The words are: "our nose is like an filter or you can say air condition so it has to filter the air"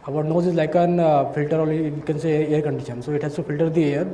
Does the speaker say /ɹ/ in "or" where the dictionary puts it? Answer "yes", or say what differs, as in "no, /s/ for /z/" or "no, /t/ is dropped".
no, /l/ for /ɹ/